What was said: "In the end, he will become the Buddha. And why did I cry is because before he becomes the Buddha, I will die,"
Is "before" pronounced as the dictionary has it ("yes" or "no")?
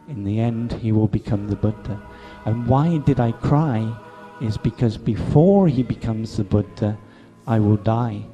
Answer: yes